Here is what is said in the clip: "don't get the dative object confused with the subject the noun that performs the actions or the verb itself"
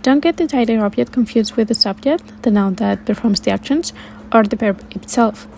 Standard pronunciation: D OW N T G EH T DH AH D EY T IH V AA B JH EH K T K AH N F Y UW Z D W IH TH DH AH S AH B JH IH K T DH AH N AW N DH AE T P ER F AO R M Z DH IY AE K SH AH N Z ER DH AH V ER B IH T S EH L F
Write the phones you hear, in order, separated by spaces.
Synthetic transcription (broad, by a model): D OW N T G EH T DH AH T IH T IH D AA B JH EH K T K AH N F Y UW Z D W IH DH AH S AH B JH IH K T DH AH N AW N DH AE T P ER F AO R M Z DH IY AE K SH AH N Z ER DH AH P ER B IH T S EH L F